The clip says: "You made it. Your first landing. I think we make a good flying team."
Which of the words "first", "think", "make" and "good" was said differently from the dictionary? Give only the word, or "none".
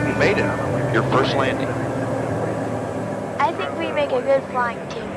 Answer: none